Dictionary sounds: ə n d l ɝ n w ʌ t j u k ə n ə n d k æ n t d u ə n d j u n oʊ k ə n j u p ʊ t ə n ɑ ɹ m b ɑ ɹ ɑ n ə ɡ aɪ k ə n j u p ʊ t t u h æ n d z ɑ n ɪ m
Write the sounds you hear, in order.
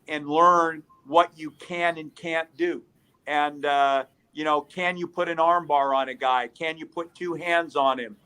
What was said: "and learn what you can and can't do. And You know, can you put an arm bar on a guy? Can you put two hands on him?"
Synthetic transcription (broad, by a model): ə n l ɝ n w ʌ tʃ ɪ k ə n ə n k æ n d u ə n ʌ j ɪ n oʊ k ə n j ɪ p ʊ t ə n ɑ ɹ m b ɑ ɹ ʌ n ə ɡ aɪ k ə n j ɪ p ʊ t t u h æ n d z n ɪ m